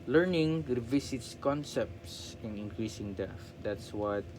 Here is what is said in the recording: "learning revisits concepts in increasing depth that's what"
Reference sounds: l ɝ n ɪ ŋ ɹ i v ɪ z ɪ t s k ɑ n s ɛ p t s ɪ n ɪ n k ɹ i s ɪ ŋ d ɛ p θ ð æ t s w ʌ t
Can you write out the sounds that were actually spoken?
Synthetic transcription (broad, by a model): l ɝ n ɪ ŋ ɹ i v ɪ s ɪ t s k ɑ n s ɛ p t s ɪ n ɪ n k ɹ i s ɪ ŋ d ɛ θ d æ t s w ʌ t